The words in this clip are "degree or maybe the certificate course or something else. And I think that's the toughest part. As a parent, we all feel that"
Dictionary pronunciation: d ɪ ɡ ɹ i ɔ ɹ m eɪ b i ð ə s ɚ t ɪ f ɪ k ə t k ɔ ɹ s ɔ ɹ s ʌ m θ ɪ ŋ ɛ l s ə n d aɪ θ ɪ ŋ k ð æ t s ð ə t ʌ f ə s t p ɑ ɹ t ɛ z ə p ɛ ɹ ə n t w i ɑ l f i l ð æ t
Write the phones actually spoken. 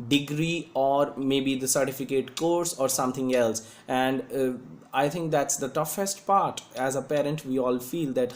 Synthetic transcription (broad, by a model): d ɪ ɡ ɹ i ɔ ɹ m eɪ b i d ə s ɚ t ɪ f ɪ k ə t k ɔ ɹ s ɔ ɹ s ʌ m t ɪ ŋ ɛ l s ə n d aɪ t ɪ ŋ k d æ t s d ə t ʌ f ə s t p ɑ ɹ t ɛ z ə p ɛ ɹ ə n t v i ɑ l f i l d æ t